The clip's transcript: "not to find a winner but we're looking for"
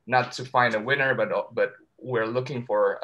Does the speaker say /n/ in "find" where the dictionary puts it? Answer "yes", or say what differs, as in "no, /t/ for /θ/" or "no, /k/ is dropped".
yes